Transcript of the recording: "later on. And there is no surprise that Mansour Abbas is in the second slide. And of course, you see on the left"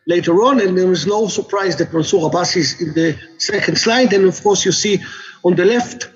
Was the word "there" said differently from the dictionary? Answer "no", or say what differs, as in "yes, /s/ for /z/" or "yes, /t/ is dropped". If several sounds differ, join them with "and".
yes, /w/ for /ɹ/